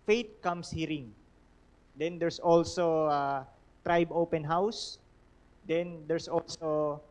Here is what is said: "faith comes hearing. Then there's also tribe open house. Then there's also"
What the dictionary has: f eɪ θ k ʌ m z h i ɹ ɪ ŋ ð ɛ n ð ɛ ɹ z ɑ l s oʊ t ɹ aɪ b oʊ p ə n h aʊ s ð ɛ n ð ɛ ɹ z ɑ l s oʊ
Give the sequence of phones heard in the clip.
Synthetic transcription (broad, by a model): f eɪ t k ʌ m s h i ɹ ɪ ŋ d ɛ n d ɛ ɹ s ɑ l s oʊ t ɹ aɪ b oʊ p ə n h aʊ s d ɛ n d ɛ ɹ s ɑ l s oʊ